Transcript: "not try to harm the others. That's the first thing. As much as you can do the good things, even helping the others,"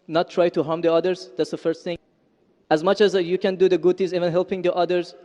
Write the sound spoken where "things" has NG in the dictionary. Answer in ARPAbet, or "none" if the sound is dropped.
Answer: none